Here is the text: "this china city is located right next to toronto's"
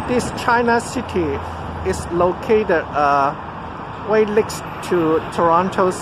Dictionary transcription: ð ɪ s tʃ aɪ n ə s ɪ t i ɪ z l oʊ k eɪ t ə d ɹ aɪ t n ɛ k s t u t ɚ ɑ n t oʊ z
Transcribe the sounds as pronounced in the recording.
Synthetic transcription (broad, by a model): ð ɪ s tʃ aɪ n ə s ɪ t i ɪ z l oʊ k eɪ t ə d w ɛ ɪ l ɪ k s t u t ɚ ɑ n t oʊ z